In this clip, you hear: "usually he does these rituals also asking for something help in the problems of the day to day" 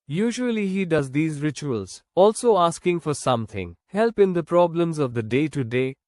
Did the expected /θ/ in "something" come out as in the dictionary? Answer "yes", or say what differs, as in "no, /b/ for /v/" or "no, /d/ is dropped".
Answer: no, /t/ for /θ/